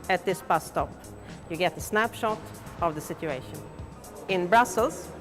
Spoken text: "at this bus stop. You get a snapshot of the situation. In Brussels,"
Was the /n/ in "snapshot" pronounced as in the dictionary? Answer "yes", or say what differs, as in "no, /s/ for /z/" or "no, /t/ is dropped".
yes